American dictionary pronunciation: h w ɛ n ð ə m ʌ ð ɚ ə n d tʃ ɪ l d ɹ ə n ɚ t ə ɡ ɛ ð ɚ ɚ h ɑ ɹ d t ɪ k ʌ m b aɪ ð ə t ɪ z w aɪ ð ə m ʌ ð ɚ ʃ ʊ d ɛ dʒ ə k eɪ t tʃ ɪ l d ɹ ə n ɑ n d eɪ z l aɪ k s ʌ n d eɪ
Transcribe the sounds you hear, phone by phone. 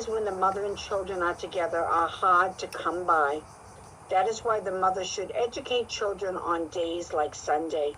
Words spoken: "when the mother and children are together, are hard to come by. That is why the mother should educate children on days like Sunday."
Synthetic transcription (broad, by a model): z w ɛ n ð ə m ʌ ð ɚ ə n tʃ ɪ l d ɹ ə n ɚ t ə ɡ ɛ ð ɚ ɚ h ɑ ɹ d t ɪ k ʌ m b aɪ ð ə t ɪ z w aɪ ð ə m ʌ ð ɚ ʃ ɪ d ɛ dʒ ə k eɪ t tʃ ɪ l d ɹ ə n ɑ n d eɪ z l aɪ k s ʌ n d eɪ